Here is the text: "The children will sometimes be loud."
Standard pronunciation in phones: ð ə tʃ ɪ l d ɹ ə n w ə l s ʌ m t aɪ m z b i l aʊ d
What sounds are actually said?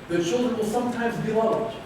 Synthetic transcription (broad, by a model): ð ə tʃ ɪ l d ɹ ə n w ə l s ʌ m t aɪ m z b i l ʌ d